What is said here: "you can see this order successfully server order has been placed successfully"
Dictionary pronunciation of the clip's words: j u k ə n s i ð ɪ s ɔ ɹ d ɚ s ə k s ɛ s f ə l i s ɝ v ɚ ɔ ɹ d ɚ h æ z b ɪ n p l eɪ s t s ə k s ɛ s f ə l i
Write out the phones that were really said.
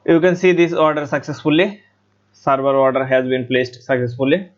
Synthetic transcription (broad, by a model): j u k ə n s i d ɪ s ɔ ɹ d ɚ s ə k s ɛ s f ə l i s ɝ b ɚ ɔ ɹ d ɚ h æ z b ɪ n p l eɪ s t s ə k s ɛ s f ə l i